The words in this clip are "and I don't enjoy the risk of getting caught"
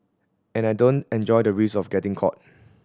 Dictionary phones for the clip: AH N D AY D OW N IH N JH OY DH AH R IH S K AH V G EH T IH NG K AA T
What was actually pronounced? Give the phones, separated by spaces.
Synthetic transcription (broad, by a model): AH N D AY D OW N IH N JH OY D AH R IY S AH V G EH T IH NG K AA T